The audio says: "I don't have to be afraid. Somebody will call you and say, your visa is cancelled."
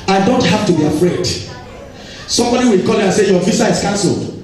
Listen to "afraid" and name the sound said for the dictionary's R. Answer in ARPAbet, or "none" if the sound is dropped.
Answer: R